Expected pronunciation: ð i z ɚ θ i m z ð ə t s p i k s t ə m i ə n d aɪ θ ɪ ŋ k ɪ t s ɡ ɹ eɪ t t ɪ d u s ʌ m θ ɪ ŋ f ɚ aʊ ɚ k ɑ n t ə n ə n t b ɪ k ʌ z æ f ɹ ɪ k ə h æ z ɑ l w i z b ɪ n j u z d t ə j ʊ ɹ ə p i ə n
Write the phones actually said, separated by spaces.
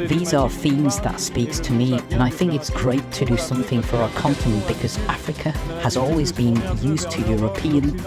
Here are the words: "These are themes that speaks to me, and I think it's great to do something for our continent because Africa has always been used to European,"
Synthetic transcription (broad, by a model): ð i z ɚ θ i m z ð ə t s p i k s t ə m i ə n aɪ θ ɪ ŋ k ɪ t s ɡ ɹ eɪ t t ɪ d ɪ s ʌ m θ ɪ ŋ f ɚ aʊ ɚ k ɑ n t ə n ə n b ɪ k ʌ z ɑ f ɹ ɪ k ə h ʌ z ɑ l w i z b ɪ n j u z t ə j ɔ ɹ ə p i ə n